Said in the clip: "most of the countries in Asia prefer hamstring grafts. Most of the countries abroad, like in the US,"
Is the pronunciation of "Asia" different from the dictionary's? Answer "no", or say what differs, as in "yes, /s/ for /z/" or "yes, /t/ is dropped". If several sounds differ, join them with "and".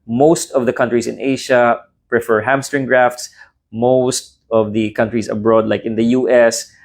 yes, /ʃ/ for /ʒ/